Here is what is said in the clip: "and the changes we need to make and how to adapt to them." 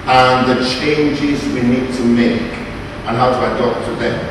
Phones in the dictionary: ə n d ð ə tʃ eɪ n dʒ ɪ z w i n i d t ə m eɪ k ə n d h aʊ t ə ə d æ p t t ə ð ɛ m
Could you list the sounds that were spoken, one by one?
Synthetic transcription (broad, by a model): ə n ð ə tʃ eɪ n dʒ ɪ z w i n i d t ə m eɪ k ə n h aʊ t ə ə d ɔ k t t ə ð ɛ